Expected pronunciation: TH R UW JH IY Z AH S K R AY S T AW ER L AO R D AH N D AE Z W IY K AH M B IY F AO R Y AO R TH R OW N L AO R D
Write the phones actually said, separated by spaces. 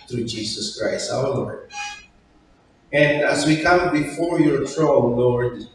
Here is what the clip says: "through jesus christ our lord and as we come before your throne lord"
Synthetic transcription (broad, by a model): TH R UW JH IY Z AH S K R AY S T AW ER L AO R D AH N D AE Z W IY K AH M B IY F AO R Y AO R T R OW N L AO R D